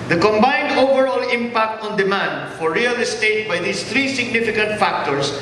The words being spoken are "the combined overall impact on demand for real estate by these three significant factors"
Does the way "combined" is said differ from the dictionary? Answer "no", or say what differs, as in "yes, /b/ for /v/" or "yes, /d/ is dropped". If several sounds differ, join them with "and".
no